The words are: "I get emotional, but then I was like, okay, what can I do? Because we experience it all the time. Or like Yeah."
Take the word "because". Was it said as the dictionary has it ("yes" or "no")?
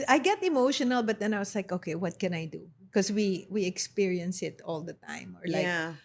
no